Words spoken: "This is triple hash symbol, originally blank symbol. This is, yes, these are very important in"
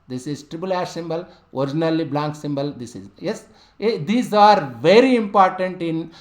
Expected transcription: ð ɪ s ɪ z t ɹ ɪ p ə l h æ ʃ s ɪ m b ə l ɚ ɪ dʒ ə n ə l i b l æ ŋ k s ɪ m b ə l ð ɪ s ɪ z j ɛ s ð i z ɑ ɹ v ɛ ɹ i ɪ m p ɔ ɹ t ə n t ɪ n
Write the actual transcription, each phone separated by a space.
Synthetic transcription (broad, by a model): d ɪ s ɪ z t ɹ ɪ b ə l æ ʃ s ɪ m b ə l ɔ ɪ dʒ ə n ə l i b l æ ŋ k s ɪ m b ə l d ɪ s ɪ z j ɛ s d i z ɑ ɹ v ɛ ɹ i ɪ m p ɔ ɹ t ə n t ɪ n